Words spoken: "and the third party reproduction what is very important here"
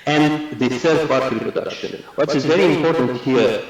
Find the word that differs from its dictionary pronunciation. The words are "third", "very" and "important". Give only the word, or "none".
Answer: third